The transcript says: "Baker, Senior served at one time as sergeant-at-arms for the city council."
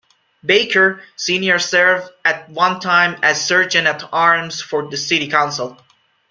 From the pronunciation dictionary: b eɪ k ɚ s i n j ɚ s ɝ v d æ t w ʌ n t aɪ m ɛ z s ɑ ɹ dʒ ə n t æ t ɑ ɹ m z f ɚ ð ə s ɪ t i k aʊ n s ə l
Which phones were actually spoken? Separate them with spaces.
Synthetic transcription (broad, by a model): b eɪ k ɚ s i n j ɚ s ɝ v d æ t w ʌ n t aɪ m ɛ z s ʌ ɹ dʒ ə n æ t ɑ ɹ m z f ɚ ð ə s ɪ t i k aʊ n s ə l